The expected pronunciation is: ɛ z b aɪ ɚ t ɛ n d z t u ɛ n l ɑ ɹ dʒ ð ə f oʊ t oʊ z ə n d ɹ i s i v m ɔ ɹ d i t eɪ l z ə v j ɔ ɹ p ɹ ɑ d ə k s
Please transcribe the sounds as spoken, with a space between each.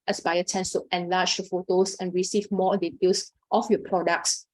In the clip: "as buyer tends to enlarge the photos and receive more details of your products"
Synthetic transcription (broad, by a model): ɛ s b aɪ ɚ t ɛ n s t u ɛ n l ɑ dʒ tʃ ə f oʊ t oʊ s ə n ɹ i s i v m ɔ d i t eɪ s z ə f j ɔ p ɹ ɑ d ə k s